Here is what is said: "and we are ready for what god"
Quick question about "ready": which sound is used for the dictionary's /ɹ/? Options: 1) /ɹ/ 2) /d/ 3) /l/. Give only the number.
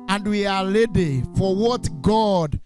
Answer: 3